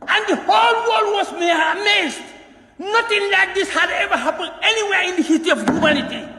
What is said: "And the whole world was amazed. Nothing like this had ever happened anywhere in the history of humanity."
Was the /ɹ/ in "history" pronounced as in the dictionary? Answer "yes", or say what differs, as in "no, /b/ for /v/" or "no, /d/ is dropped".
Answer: no, /ɹ/ is dropped